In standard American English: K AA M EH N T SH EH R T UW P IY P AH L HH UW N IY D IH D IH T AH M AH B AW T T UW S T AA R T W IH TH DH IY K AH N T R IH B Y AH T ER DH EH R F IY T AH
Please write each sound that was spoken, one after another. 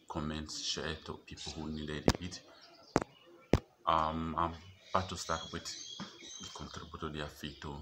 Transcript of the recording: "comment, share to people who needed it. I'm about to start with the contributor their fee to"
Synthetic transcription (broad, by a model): K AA M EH N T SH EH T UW P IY P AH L HH UW N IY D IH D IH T AH M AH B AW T T UW S T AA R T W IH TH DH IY K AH N T R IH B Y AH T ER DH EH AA F IY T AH